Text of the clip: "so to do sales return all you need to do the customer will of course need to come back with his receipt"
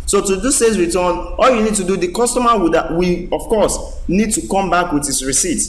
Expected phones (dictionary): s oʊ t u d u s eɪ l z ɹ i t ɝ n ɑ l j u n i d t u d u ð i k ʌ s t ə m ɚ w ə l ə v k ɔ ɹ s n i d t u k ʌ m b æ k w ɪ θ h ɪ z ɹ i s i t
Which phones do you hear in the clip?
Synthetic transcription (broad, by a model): s oʊ t u d u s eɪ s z ɹ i t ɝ n ɑ l j u n i d t u d u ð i k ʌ s t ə m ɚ w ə w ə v k ɔ s n i d t u k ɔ m b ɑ k w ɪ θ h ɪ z ɹ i s i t